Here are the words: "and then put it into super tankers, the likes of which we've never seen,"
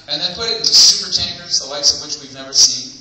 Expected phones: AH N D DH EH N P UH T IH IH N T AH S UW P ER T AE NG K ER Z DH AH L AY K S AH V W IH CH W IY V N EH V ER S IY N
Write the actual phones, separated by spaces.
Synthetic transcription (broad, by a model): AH N DH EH N P UH T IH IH T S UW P ER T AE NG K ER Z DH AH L AY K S AH V W IH CH W IY V N EH V ER S IY N